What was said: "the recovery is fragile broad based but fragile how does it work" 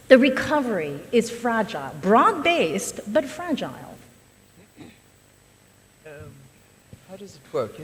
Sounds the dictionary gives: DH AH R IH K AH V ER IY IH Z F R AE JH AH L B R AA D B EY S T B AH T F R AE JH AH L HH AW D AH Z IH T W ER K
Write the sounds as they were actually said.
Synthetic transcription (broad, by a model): DH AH R IH K AH V ER IY IH Z F R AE JH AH L B R AA D B EY S T B AH T F R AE JH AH L HH AW D AH Z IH T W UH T